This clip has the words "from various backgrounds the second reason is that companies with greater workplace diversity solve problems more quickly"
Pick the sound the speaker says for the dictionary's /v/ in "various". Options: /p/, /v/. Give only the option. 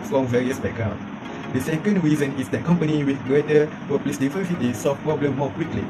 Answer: /v/